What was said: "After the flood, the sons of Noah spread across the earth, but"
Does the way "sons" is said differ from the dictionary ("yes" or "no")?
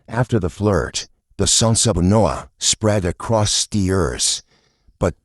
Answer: yes